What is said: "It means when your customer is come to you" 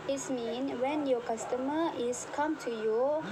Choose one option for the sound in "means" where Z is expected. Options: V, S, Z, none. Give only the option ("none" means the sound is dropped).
none